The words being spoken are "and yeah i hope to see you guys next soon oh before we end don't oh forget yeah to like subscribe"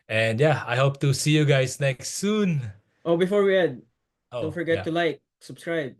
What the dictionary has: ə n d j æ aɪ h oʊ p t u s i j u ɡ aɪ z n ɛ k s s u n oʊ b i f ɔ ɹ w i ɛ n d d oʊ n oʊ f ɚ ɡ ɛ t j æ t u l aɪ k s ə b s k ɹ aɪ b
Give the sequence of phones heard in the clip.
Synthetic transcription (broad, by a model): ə n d j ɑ aɪ h oʊ p t u s i j u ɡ aɪ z n ɛ k s s u n oʊ b i f ɔ ɹ w i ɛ d d oʊ n f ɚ ɡ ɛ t t u l aɪ k s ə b s k ɹ aɪ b